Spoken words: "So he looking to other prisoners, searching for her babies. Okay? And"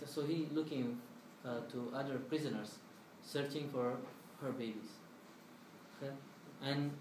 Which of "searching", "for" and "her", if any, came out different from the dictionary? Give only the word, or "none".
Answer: none